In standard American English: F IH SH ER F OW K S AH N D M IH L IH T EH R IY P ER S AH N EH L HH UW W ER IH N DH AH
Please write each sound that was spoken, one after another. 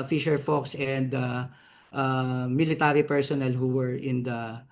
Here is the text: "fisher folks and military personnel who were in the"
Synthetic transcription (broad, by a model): F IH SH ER F OW K S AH N D M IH L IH T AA R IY P ER S AH N EH L HH UW W ER IH N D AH